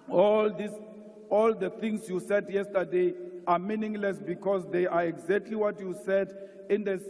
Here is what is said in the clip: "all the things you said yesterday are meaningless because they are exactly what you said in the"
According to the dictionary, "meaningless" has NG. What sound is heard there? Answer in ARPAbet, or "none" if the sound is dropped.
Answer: NG